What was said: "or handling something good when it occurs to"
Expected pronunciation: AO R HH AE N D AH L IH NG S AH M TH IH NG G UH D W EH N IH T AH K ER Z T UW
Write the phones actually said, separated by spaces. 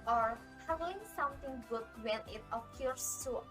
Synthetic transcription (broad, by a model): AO R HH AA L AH IH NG S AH M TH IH NG G UH D W EH N IH T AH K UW S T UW